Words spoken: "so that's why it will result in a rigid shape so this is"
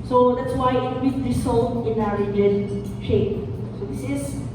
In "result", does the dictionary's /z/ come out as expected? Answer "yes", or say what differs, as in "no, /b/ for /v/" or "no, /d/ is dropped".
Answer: no, /s/ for /z/